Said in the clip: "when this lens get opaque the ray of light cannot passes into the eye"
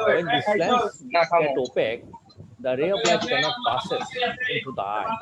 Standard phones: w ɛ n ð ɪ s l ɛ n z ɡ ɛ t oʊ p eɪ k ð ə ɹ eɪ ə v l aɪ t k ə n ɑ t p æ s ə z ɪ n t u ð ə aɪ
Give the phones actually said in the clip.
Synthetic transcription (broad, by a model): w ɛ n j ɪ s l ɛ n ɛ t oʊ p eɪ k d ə ɹ eɪ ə p l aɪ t k ə n ɑ t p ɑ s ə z ɪ n t u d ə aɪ